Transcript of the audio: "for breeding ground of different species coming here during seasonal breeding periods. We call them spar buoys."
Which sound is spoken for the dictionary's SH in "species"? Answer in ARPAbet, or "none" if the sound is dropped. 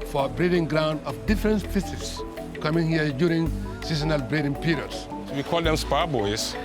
S